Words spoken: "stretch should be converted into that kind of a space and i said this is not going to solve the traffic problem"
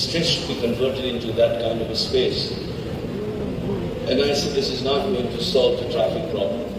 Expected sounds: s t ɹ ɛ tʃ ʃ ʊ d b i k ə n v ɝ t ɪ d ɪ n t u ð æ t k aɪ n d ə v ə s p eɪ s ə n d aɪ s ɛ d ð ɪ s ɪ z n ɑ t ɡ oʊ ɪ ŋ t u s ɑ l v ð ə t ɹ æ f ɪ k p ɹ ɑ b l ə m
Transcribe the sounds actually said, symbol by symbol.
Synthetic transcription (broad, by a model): s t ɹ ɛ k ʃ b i k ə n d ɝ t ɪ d ɪ n t u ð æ t k aɪ n d ə v ə s p eɪ s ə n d aɪ s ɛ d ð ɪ s ɪ z n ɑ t ɡ oʊ ɪ ŋ t u s ɑ l v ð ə t ɹ æ f ɪ k p ɹ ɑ b l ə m